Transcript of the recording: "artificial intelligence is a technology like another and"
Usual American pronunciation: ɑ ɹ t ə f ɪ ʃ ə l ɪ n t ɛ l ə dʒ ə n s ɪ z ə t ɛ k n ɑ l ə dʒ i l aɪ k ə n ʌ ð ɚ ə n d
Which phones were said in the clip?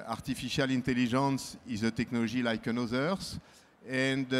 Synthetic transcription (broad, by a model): ɑ ɹ t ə f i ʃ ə l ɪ n t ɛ l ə ʒ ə n s ɪ z ə t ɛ k n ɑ l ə ʒ i l aɪ k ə n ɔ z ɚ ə n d